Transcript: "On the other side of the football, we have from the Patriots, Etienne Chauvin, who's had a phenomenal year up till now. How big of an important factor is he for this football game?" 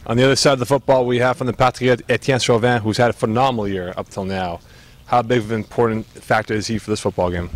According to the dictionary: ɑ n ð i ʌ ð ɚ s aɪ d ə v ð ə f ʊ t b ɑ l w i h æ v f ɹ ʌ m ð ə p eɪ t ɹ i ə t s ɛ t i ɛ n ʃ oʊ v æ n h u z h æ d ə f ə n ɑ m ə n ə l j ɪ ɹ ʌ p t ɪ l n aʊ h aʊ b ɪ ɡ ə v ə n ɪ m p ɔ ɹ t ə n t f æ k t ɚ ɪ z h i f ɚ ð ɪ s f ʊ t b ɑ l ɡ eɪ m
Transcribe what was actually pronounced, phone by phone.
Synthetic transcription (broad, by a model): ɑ n ð i ʌ ð ɚ s aɪ d ə v ð ə f ʊ t b ɑ l w i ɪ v f ɹ ʌ m ð ə p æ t i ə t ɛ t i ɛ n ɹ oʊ v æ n h u z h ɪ d ə f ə n ɑ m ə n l j ɪ ɹ ʌ p t ɪ l n aʊ h aʊ b ɪ ɡ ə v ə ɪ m p ɔ ɹ t n t f æ k t ɚ ɪ z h i f ɚ ð ɪ s f ʊ t b ɑ l ɡ eɪ m